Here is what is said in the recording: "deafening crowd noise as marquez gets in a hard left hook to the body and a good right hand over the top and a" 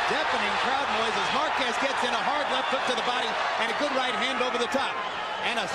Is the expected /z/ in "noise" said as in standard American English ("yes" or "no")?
yes